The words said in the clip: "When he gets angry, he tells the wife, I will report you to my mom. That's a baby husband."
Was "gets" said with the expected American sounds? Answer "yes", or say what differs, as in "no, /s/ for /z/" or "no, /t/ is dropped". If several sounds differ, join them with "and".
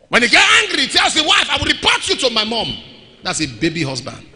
no, /s/ is dropped